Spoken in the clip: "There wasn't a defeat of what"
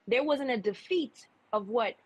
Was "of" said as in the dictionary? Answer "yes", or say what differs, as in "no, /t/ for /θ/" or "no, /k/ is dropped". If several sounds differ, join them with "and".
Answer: yes